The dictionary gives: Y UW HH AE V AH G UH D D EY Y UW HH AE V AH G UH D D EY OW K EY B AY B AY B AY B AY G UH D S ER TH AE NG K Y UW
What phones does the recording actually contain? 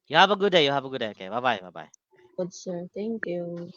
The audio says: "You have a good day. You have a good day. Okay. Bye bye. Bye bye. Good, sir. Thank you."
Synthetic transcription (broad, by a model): Y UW HH AE V AH G UH D D EY Y UW HH AE V AH G UH D D EY OW K EY B AY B AY B AY B AY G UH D S ER T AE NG K Y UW